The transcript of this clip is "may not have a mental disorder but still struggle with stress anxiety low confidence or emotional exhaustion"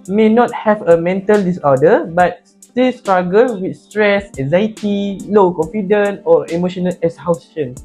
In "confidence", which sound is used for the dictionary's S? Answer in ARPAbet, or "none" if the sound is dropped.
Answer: none